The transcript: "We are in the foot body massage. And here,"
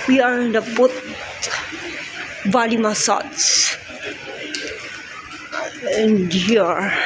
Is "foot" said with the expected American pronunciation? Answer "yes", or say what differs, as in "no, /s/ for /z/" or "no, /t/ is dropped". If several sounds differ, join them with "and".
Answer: no, /p/ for /f/